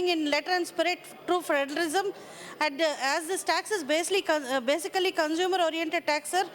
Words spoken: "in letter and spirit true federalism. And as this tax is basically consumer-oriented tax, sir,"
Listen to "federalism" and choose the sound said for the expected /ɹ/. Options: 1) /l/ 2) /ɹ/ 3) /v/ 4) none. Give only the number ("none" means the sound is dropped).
1